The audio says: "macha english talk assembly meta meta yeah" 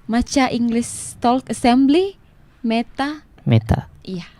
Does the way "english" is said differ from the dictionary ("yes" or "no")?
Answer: yes